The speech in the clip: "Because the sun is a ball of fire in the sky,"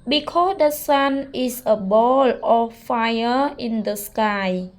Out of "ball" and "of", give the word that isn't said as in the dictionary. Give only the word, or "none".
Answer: of